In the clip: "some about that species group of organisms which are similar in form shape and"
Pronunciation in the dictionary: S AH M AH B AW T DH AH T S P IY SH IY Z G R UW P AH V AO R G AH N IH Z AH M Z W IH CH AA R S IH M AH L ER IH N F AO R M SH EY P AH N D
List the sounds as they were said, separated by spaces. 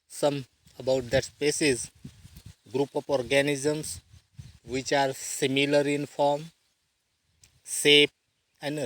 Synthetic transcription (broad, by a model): S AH M AH B AW T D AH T S P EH S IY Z G R UW P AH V AO R G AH N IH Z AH M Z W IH CH AA R S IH M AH L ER IH N F AO R M S EY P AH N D